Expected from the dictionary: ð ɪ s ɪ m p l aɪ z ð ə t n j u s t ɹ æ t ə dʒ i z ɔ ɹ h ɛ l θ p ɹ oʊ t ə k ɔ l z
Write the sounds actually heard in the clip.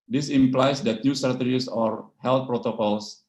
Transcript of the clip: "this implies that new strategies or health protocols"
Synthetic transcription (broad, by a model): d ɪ s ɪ m p l aɪ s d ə t n j u s t ɹ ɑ t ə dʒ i s ɔ ɹ h ɛ l t p ɹ oʊ t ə k ɔ l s